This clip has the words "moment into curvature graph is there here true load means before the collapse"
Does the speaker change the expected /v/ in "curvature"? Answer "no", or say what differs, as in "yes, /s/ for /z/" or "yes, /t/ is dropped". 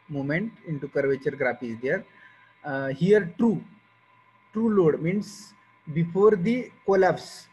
no